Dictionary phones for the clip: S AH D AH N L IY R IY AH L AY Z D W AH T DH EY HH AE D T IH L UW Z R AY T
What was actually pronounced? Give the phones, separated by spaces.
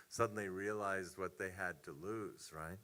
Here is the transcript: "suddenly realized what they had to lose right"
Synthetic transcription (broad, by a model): S AH D N L IY R IY AH L AY Z D W AH T DH EY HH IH D T IH L UW Z R AY T